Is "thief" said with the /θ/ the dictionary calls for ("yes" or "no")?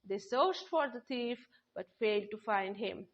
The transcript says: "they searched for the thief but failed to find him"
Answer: no